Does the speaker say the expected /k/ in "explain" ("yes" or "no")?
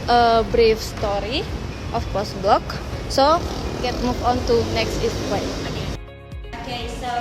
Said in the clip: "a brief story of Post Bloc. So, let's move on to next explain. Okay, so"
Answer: no